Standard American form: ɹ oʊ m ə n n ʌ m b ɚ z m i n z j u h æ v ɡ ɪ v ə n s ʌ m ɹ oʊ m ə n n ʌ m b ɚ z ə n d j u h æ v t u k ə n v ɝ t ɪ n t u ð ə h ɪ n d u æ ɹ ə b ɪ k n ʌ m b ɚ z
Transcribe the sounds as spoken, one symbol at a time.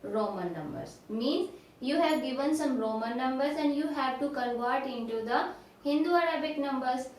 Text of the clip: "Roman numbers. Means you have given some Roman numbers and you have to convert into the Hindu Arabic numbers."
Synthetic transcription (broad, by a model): ɹ oʊ m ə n n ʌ m b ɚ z m i n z j u h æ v ɡ ɪ v ə n s ʌ m ɹ oʊ m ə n n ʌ m b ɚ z ə n d j u h æ v t u k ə l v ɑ t ɪ n t u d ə h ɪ n d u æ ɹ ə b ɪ k n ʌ m b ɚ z